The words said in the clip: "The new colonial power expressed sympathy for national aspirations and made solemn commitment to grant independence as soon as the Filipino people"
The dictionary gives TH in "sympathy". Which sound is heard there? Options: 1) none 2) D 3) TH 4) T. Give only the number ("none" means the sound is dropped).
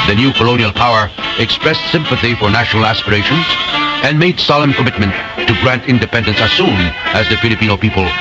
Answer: 3